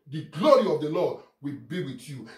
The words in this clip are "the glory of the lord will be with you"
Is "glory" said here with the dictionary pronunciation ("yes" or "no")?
yes